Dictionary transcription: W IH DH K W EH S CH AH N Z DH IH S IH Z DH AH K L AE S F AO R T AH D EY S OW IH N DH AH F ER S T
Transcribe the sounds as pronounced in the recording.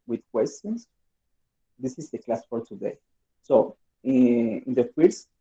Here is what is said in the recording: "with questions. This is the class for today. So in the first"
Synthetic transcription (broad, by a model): W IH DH K W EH S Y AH N S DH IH S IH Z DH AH K L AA S F AO R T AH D EY S OW IH N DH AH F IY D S